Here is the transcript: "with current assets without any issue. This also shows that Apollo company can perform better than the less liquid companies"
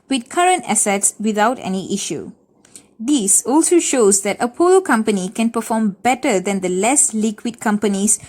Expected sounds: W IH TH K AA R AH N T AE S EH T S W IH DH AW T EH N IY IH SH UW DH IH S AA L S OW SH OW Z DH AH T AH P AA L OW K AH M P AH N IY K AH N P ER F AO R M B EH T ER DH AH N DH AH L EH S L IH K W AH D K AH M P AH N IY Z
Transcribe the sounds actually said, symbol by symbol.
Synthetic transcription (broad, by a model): W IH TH K AA R AH N T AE S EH T S W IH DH AW T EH N IY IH SH UW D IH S AA L S OW SH OW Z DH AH T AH P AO L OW K AH M P AH N IY K AH N P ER F AO M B EH T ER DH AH N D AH L EH S L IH K W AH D K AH M P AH N IY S